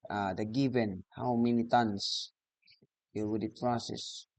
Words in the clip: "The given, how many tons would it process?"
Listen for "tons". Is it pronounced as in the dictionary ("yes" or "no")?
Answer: no